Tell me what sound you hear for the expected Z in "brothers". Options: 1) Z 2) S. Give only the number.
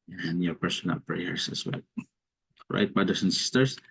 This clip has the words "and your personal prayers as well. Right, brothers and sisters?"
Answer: 2